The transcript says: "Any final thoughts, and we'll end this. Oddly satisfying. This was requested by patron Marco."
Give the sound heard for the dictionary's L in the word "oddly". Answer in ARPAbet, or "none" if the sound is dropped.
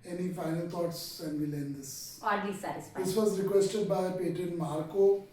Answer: none